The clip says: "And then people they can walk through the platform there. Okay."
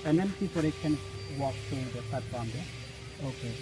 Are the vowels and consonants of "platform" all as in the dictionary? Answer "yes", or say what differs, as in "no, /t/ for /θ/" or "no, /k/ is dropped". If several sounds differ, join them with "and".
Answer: no, /l/ is dropped